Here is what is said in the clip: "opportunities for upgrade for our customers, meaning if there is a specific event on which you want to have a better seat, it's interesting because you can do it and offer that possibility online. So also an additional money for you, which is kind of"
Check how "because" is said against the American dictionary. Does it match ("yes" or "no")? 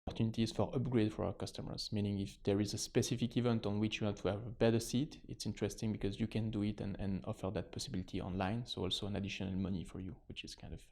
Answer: yes